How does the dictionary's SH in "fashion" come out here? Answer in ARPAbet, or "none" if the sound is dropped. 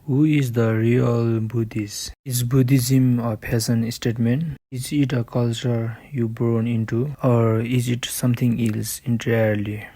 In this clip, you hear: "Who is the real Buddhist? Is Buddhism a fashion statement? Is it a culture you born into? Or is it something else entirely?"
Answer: S